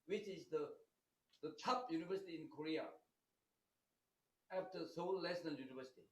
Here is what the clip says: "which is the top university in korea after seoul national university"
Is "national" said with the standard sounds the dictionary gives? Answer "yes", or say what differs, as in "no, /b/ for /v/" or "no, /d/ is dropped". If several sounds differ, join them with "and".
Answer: no, /l/ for /n/ and /n/ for /l/